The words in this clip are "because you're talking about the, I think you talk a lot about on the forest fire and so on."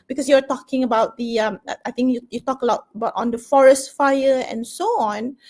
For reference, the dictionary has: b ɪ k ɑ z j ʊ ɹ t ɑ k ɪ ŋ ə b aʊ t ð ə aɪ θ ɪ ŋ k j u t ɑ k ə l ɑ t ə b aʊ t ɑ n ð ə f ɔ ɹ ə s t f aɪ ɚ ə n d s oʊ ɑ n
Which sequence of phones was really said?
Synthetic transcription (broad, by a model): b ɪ k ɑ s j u w t ɑ k ɪ ŋ ə b aʊ t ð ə aɪ t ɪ ŋ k j u t ɑ k ə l ɑ t ə b aʊ t ɑ n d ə f ɔ ɹ ə s t f aɪ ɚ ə n s oʊ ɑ n